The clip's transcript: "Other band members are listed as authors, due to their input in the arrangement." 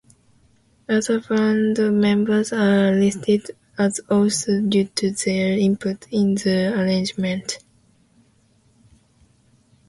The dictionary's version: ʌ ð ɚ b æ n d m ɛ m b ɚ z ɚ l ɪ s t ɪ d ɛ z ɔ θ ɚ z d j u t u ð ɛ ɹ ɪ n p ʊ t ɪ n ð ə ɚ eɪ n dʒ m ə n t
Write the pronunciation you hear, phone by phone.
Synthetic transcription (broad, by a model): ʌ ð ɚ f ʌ n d m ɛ m b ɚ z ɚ l ɪ s t ɪ d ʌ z ɔ s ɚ d j u t u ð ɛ ɹ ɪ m p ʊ t ɪ n ð ə ɚ eɪ n dʒ m ə n t